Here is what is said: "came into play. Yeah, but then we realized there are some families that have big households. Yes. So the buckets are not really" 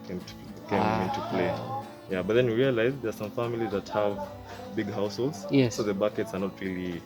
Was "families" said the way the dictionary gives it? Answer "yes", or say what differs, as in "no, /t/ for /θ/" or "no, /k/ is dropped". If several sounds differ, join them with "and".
yes